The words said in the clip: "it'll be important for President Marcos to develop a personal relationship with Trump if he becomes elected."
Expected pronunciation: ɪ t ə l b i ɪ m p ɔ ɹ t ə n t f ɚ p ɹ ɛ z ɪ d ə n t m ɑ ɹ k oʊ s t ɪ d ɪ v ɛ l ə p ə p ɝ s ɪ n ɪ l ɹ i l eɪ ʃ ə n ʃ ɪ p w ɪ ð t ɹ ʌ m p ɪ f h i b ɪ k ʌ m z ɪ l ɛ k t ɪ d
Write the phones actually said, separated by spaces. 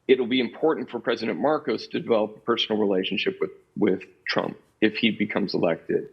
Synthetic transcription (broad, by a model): ɪ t l b i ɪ m p ɔ ɹ t n t f ɚ p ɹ ɛ z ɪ d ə n m ɑ ɹ k oʊ s t ɪ d ɪ v ɛ l ə p ə p ɝ s n l ɹ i l eɪ ʃ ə n ʃ ɪ p w ɪ ð t ɹ ʌ m p ɪ f h i b ɪ k ʌ m z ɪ l ɛ k t ɪ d